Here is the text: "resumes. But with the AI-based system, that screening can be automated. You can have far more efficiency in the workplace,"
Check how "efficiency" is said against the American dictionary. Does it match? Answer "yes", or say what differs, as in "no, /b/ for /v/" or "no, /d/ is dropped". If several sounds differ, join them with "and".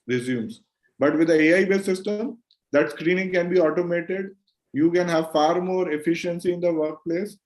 yes